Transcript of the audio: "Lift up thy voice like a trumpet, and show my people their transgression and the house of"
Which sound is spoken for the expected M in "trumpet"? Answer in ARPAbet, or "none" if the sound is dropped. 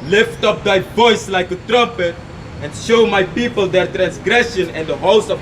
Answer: M